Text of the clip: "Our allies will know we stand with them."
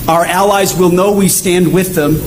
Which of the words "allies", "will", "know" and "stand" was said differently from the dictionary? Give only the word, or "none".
none